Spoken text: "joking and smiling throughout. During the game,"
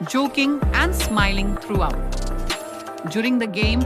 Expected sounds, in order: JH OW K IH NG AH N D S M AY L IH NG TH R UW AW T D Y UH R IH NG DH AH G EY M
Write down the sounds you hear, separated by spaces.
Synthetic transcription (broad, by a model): JH OW K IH NG AH N D S M AY L IH NG T R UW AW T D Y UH R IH NG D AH G EY M